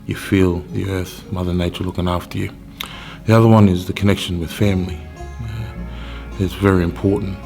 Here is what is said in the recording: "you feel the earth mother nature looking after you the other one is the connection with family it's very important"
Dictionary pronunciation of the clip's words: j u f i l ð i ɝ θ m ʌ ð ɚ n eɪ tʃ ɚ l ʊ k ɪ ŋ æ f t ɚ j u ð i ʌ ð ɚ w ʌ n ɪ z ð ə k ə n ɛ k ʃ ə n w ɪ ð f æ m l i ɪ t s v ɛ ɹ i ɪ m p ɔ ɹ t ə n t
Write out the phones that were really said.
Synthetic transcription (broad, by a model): j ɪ f i l ð i ɝ θ m ʌ ð ɚ n eɪ tʃ ɚ l ʊ k ɪ ŋ æ f t ɚ j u ð i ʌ ð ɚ w ʌ n ɪ z ð ə k ə n ɛ k ʃ ə n w ɪ ð f æ m l i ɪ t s v ɛ ɹ i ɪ m p ɔ ɹ t n t